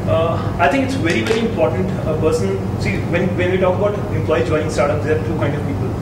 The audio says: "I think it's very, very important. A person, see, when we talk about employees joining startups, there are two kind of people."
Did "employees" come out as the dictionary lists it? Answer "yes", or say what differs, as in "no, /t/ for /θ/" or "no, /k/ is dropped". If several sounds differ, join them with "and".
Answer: no, /z/ is dropped